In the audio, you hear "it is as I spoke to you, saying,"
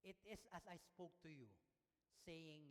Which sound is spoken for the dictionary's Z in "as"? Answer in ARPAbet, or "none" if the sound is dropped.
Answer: S